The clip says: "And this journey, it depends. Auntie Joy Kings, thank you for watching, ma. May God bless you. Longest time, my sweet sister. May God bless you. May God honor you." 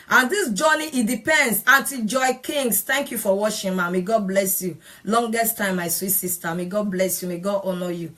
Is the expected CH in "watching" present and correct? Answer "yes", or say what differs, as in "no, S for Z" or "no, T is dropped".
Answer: no, SH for CH